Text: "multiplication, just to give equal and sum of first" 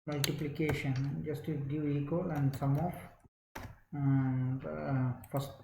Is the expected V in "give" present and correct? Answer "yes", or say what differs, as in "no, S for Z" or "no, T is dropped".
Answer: no, V is dropped